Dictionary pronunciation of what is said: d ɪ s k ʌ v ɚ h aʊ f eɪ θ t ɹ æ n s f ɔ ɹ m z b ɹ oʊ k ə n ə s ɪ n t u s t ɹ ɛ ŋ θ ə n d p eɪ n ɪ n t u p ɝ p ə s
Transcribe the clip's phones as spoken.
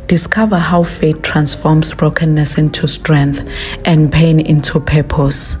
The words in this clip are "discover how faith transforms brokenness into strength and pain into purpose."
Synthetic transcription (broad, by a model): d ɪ s k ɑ v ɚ h aʊ f eɪ t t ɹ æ n s f ɔ m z b ɹ oʊ k ə n ə s ɪ n t u s t ɹ ɛ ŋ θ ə n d p eɪ n ɪ n t u p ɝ p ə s